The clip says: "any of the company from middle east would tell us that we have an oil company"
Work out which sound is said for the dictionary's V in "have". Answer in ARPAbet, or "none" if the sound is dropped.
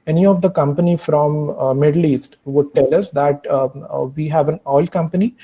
V